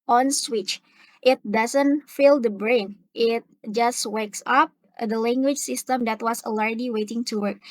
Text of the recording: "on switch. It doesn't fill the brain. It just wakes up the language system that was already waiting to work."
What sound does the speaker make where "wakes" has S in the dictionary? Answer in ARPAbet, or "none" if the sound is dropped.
S